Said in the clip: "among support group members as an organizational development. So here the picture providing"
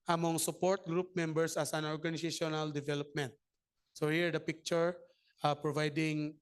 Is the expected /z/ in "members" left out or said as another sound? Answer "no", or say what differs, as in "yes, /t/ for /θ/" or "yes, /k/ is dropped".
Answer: yes, /s/ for /z/